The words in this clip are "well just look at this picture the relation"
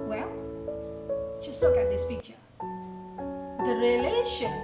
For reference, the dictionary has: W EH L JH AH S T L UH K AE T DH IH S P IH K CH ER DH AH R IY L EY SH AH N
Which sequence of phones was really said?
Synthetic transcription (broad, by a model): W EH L JH AH S T L UH K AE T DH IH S F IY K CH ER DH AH R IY L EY SH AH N